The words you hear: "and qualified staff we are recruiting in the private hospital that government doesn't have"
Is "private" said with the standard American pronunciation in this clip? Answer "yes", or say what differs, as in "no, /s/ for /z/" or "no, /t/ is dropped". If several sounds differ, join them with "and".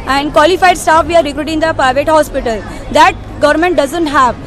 yes